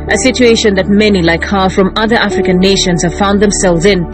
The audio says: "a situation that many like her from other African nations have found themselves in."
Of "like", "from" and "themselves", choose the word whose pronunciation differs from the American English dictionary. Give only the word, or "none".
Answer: none